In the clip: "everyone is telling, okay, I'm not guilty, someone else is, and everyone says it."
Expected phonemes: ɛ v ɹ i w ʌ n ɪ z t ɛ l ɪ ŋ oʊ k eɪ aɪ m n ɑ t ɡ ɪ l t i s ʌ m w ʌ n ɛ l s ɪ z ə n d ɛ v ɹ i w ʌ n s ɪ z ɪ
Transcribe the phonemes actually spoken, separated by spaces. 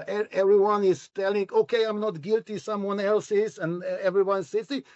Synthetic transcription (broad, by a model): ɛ v ɹ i w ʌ n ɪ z t ɛ l ɪ ŋ oʊ k eɪ aɪ m n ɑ t ɡ ɪ l t i s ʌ m w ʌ n ɛ l s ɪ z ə n ɛ v ɹ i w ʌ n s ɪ s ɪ